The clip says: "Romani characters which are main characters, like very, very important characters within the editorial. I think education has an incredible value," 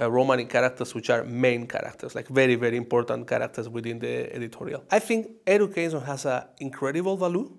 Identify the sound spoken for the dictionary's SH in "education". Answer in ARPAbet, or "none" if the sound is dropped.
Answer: S